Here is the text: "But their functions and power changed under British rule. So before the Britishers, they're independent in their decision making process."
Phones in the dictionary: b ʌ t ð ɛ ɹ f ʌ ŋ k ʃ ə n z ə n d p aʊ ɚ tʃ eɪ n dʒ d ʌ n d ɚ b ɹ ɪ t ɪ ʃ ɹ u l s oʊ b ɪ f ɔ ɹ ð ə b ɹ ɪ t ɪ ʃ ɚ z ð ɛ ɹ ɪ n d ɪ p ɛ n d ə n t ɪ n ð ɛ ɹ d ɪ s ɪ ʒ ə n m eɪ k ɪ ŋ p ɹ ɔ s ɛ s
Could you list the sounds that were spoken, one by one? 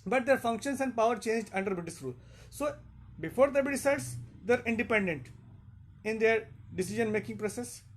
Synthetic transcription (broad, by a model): b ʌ t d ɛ ɹ f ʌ ŋ k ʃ ə n s ə n d p aʊ ɚ tʃ eɪ n dʒ d ʌ n d ɚ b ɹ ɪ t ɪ s ɹ u l s oʊ b ɪ f ɔ ɹ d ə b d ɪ s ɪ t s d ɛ ɹ ɪ n d ɪ p ɛ n d ə n t ɪ n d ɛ ɹ d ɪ s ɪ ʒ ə n m eɪ k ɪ ŋ p ɹ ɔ s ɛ s